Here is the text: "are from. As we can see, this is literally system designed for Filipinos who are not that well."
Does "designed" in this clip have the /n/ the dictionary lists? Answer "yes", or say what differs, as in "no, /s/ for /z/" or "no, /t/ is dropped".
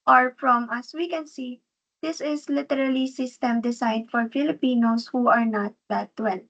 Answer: no, /n/ is dropped